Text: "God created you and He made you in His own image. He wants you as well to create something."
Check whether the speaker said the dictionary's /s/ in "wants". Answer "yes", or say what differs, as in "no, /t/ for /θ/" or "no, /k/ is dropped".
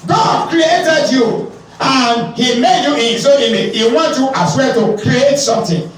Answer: no, /s/ is dropped